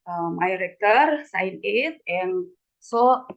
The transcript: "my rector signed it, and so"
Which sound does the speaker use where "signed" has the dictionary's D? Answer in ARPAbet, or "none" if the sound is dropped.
none